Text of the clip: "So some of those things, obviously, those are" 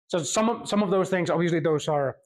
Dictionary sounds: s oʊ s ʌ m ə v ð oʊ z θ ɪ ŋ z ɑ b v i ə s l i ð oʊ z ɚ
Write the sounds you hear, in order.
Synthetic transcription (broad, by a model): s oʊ s ʌ m ə v ð oʊ z θ ɪ ŋ z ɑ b v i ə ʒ l i ð oʊ z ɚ